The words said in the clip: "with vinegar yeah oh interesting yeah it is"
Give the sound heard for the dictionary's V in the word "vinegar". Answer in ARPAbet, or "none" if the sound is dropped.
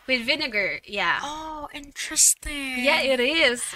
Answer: V